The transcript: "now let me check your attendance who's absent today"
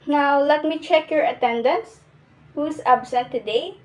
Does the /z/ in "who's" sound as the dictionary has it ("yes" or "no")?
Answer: no